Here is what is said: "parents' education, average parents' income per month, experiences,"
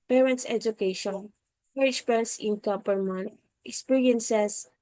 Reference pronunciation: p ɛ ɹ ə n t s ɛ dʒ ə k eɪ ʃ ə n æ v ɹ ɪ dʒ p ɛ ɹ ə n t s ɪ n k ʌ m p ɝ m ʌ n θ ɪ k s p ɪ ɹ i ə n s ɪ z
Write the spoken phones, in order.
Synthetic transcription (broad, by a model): p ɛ ɹ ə n t s ɛ dʒ ə k eɪ ʃ ə n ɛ ɹ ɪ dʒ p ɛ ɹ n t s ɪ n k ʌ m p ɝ m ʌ n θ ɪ k s p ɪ ɹ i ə n s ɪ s